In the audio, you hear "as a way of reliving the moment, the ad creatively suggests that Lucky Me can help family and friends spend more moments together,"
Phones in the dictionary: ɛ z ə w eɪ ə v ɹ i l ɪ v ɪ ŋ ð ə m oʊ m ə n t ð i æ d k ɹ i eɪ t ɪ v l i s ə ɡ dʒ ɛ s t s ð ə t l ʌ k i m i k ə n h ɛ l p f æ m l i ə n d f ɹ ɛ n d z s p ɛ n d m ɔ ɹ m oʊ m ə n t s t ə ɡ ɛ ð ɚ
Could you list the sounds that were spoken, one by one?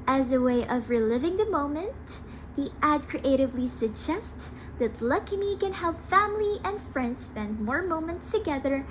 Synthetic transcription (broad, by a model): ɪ z ə w eɪ ə v ɹ i l ɪ v ɪ ŋ ð ə m oʊ m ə n ð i æ d k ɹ i eɪ t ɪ v l i s ə ɡ dʒ ɛ s t s ð ə t l ʌ k i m i k ə n h ɛ l p f æ m l i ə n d f ɹ ɛ n d z s p ɛ n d m ɔ ɹ m oʊ m ə n t s t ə ɡ ɛ ð ɚ